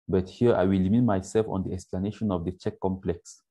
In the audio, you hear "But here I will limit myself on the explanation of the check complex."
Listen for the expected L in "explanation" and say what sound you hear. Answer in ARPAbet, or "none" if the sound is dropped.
L